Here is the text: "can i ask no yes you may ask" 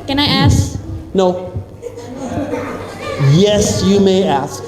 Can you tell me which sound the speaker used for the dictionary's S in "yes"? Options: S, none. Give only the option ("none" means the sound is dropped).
S